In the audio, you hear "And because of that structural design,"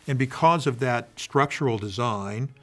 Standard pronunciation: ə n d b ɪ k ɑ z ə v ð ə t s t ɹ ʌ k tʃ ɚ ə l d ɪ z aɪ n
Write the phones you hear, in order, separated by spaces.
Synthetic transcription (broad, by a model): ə n b ɪ k ɑ z ə v ð ə t s t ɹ ʌ k tʃ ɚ l d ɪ z aɪ n